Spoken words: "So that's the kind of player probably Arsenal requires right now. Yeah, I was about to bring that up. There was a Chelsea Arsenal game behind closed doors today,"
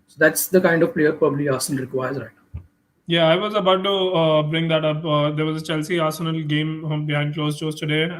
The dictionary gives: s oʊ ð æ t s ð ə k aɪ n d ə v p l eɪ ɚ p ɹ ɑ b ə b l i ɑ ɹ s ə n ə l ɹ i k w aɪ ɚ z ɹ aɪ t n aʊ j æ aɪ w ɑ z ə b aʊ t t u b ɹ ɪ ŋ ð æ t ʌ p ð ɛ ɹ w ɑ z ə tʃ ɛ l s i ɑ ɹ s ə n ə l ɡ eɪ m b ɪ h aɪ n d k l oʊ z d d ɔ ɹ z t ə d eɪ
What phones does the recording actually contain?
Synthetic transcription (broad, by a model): s oʊ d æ t s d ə k aɪ n d ə v p l eɪ ɚ p ɹ ɑ b ə b l i ɑ ɹ s ə n ə l ɹ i k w aɪ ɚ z ɹ aɪ t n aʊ j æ aɪ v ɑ z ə b aʊ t t u b ɹ ɪ ŋ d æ t ʌ p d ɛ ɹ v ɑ z ə tʃ ɛ l s i ɑ ɹ s ə n ə l ɡ eɪ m b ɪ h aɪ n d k l oʊ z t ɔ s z t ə d eɪ